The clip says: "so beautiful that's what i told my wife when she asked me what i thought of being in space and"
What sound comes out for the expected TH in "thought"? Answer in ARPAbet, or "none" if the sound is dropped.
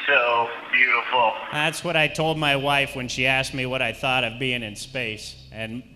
TH